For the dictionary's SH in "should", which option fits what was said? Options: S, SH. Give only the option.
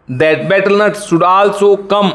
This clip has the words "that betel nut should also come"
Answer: S